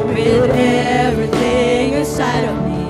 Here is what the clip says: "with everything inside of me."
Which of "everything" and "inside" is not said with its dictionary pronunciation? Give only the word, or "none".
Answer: none